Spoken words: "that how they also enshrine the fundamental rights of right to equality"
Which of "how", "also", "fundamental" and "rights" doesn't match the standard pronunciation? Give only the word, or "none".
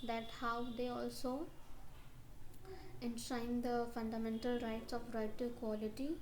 none